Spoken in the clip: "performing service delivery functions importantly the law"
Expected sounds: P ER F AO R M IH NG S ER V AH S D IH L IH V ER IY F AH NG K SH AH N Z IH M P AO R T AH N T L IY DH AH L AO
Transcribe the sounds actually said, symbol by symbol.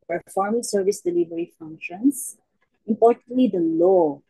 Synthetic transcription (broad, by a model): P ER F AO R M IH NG S ER V AH S D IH L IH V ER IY F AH NG K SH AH N S IH M P AO R T AH N T L IY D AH L AO